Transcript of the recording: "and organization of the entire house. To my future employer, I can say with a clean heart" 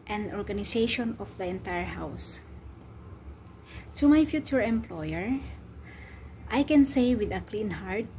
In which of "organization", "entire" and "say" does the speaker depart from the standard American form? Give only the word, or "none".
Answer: organization